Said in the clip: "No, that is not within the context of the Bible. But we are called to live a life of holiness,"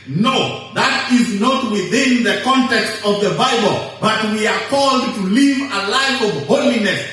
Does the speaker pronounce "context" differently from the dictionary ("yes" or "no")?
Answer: no